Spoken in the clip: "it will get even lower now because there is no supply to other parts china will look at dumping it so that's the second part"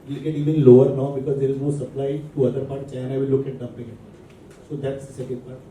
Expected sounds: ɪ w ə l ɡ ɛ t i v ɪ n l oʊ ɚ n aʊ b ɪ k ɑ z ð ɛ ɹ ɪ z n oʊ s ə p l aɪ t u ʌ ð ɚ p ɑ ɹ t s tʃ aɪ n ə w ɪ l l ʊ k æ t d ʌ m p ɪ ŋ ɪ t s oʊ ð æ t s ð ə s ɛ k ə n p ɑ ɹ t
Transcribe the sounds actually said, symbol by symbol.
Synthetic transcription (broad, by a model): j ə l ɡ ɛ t i v ɪ n l oʊ ɚ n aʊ b ɪ k ɑ z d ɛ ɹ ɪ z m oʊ s ə p l aɪ t u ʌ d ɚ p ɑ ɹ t tʃ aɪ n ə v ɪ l l ʊ k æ t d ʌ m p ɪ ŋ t s oʊ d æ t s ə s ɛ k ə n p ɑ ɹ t